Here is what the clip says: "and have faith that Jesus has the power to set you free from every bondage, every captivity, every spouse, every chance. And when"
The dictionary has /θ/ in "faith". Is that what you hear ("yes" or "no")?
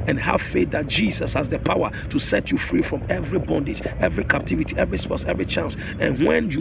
no